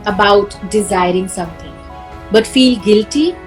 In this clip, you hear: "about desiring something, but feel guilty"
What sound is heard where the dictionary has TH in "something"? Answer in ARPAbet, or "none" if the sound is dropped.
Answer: T